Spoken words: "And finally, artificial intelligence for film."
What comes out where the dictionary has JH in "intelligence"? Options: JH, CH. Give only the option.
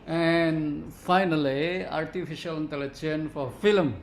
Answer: CH